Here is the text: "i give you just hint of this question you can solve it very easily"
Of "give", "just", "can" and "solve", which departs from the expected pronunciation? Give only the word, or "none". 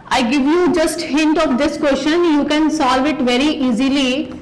none